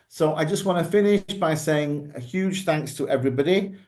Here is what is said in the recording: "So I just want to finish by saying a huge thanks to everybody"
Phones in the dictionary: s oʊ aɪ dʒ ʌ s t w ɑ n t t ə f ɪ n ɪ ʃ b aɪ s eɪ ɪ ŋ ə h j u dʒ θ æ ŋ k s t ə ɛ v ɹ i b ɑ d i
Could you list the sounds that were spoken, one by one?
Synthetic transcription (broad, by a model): s oʊ aɪ dʒ ʌ s t w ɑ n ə f ɪ n ɪ ʃ b aɪ s eɪ ɪ ŋ ə h j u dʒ θ æ ŋ k s t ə ɛ v ɹ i b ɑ d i